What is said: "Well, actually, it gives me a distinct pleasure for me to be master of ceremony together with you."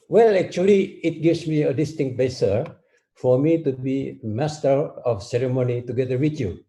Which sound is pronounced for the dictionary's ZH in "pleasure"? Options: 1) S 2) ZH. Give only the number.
1